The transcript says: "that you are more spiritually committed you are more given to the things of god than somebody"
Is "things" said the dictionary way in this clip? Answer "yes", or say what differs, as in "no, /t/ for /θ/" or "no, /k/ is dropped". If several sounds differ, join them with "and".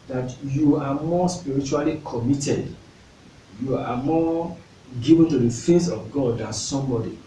no, /f/ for /θ/